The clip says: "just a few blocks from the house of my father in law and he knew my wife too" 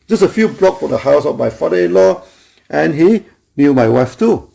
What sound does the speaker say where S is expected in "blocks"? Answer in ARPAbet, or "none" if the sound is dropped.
none